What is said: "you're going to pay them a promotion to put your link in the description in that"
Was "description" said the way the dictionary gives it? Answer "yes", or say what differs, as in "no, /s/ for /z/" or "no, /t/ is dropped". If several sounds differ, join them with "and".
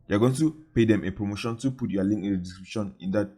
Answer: no, /b/ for /p/